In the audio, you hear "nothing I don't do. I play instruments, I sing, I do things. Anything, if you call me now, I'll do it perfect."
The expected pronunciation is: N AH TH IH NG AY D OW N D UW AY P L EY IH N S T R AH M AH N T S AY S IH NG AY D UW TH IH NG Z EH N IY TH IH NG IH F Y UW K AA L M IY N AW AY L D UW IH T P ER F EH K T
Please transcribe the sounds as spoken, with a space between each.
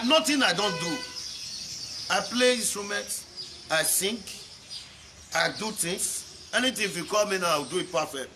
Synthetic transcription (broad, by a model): N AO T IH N AY D OW N D UW AY P L EY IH N S T R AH M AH N T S AY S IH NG AY D UW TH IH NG S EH N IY T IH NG IH F Y UW K AA L M IY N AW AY W D UW IH T P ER F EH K T